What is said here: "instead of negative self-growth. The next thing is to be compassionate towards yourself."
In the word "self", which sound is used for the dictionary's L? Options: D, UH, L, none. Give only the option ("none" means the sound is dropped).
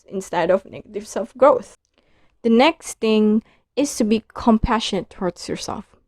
L